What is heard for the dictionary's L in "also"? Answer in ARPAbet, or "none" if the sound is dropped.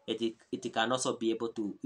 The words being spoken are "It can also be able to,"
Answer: none